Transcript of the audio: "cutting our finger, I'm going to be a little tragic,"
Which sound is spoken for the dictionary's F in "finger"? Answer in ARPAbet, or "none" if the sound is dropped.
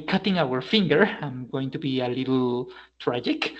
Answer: F